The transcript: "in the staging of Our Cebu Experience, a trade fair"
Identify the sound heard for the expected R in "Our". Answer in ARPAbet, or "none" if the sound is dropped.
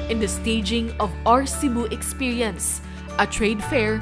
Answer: R